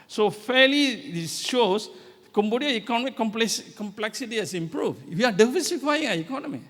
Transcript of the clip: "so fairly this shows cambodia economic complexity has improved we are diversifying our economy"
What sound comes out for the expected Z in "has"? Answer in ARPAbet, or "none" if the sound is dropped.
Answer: S